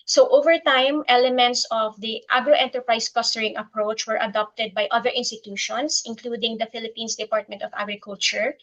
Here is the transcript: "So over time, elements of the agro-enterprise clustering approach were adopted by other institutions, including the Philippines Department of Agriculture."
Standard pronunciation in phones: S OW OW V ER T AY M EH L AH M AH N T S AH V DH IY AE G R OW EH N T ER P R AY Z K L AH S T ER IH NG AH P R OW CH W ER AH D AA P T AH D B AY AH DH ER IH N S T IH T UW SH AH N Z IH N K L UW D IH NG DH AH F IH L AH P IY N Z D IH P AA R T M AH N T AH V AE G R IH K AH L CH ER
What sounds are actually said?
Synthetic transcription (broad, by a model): S OW OW V ER T AY M EH L AH M AH N T S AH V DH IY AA G R OW EH N T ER P R AY S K AH S T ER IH NG AH P R OW CH W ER AH D AA P T AH D B AY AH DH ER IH N S T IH T UW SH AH N S IH N K L UW D IH NG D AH F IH L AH P IY N S D IH P AA R T M AH N T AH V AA G R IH K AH L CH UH